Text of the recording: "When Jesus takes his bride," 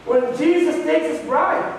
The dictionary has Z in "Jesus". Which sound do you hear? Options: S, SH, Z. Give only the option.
Z